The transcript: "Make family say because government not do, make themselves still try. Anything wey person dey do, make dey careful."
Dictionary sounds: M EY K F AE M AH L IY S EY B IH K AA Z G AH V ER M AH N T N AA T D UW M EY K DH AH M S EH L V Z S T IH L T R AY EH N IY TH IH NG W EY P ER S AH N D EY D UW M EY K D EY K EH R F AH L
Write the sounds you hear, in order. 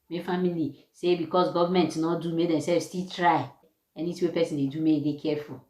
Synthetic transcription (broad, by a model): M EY F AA M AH L IY S EY B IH K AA S G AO V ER M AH N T N AA T D UW M EY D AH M S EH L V S T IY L T R AY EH N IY T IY W EY P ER S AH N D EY D UW M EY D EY K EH F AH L